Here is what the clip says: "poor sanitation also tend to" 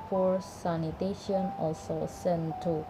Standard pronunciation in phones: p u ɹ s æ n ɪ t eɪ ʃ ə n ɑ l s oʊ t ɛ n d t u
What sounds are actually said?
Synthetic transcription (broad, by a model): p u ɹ s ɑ n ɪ t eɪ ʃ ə n ɑ l s oʊ s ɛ n t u